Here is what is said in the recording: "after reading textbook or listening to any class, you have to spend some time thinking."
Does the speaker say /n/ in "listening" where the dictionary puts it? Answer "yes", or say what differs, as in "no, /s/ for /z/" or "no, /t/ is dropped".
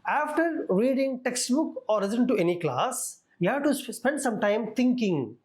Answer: no, /n/ is dropped